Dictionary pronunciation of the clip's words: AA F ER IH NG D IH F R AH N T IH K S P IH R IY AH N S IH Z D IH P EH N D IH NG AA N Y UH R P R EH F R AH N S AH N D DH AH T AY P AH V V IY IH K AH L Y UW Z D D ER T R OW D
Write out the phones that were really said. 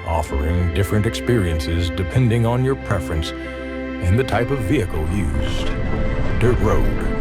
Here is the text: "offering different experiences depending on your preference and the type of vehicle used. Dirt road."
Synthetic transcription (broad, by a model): AA F ER IH NG D IH F R AH N T IH K S P IH R IY AH N S IH Z D IH P EH N D IH NG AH N Y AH R P R EH F R AH N S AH N DH AH T AY P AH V V IY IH K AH L Y UW Z D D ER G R OW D